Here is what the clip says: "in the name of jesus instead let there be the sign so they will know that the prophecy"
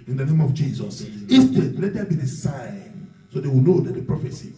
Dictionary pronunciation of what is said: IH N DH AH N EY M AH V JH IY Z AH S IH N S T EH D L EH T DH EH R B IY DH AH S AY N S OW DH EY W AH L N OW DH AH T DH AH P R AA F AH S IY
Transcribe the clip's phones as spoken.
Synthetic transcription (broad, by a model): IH N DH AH N EY M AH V JH IY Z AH S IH S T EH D L EH T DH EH B IY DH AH S AY N S OW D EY W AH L N OW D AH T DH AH P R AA F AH S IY